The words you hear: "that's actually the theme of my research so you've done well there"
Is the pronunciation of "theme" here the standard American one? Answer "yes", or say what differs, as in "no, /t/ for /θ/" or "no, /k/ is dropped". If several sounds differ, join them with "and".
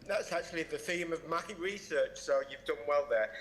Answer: yes